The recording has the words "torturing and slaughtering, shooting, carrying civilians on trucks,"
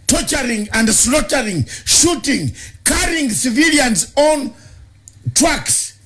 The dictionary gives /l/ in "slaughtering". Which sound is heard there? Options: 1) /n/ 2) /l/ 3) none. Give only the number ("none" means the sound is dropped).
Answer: 2